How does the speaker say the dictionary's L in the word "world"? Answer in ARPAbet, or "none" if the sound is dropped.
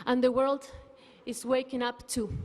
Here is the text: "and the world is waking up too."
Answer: L